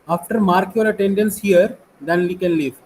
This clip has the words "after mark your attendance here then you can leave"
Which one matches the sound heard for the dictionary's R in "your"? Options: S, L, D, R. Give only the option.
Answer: L